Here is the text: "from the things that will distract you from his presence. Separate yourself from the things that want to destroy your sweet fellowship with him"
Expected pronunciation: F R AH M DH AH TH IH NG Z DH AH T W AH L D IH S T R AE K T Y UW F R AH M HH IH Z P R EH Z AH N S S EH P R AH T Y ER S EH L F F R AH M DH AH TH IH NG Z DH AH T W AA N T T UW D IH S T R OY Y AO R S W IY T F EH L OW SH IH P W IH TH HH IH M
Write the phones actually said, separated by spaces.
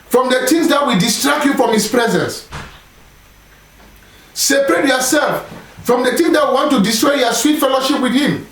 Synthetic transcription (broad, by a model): F R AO M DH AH T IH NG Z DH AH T W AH D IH S T R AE K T Y UW F R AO M HH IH S P R EH Z AH N S S EH P R AH T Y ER S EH L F F R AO M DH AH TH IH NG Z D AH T W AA N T T UW D IH S T R OY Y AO S W IY T F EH L OW SH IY P W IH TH HH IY M